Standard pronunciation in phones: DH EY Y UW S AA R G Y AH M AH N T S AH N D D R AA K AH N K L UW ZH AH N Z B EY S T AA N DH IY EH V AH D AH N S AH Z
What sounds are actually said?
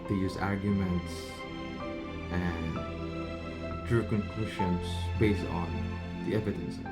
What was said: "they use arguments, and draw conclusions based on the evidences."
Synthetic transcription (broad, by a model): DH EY Y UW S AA R G Y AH M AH N T S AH N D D R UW K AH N K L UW SH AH N S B EY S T AA N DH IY EH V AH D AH N S